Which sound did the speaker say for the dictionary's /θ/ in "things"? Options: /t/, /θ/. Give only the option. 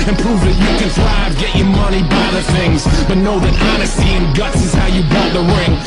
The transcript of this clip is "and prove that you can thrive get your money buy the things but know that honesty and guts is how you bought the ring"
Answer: /θ/